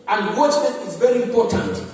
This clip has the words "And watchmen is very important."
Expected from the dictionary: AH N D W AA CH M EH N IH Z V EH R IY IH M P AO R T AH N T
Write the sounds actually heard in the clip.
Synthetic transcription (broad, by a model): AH N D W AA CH EH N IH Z V EH R IY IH M P AO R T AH N T